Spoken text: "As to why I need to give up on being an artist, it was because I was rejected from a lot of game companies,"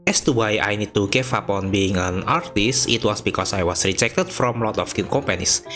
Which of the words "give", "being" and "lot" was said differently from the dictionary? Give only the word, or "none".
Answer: give